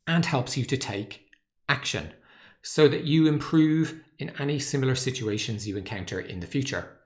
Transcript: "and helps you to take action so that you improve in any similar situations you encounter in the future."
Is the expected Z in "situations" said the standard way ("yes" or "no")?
yes